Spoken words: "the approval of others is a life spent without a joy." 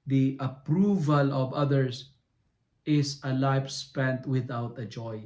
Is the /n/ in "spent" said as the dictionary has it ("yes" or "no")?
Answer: yes